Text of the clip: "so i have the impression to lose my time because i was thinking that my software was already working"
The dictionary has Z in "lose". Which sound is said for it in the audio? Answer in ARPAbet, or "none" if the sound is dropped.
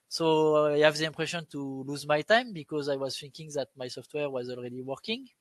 Z